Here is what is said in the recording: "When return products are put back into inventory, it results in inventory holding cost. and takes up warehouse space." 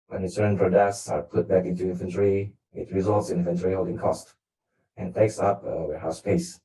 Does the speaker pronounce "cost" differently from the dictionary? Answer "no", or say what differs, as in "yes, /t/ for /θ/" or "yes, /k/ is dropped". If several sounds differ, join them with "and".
no